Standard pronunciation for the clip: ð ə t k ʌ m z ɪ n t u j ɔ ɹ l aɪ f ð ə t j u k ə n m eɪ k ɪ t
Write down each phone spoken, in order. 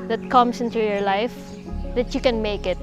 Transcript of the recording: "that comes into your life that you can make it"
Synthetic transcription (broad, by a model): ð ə t k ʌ m s ɪ n t u j ɔ ɹ l aɪ f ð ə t j u k ə n m eɪ k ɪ t